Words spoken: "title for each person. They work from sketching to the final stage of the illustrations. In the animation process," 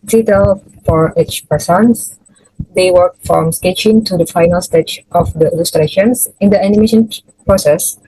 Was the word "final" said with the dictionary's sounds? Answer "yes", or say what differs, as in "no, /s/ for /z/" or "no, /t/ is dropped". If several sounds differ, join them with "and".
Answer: yes